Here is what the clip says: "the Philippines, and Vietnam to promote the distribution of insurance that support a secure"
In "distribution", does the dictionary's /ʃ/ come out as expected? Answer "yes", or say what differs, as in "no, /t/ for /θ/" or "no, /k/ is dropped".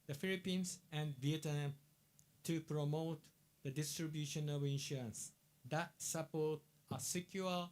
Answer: yes